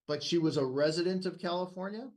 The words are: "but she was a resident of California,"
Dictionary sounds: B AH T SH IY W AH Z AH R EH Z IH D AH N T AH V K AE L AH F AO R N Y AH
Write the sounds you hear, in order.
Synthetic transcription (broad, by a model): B AH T SH IY W AH Z AH R EH Z IH D AH N T AH V K AE L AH F AO R N Y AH